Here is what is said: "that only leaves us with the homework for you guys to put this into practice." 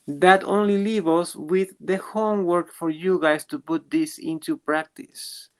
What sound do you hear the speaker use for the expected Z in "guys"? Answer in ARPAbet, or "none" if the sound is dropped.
S